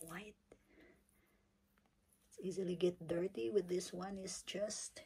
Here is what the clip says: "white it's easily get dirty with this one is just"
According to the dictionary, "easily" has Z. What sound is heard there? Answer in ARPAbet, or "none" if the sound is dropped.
Z